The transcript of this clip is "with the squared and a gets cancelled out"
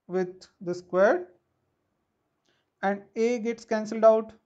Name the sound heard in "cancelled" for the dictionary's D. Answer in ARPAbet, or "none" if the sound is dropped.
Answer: D